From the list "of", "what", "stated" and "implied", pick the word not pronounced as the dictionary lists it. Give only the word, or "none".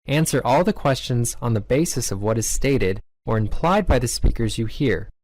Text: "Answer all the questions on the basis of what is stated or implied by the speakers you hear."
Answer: none